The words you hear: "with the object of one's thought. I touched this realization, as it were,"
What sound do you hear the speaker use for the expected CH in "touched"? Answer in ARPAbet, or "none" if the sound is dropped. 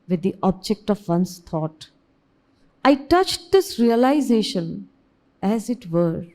CH